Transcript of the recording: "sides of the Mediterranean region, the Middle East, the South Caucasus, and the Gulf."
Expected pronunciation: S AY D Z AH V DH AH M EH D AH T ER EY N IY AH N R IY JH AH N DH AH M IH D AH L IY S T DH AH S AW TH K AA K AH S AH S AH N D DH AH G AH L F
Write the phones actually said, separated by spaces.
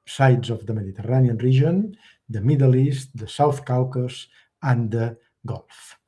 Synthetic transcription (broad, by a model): S AY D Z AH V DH AH M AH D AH T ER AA N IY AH N R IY ZH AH N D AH M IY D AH L IY S T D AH S AW TH K AA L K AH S AH N D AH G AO L F